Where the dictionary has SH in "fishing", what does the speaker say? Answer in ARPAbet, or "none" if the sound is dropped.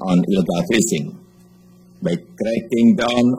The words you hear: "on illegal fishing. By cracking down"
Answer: S